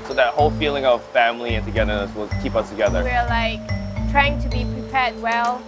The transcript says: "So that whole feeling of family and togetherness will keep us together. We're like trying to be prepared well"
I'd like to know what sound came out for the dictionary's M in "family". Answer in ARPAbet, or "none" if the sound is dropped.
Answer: M